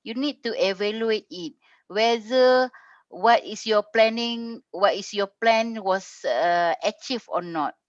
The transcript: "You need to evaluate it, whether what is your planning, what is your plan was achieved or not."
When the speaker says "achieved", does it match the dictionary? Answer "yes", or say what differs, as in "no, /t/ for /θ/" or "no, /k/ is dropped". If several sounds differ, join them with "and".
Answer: no, /d/ is dropped